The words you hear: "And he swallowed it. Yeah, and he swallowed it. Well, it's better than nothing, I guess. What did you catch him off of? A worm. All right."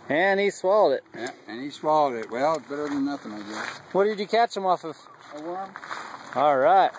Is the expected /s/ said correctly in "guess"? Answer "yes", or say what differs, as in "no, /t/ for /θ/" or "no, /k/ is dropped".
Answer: no, /s/ is dropped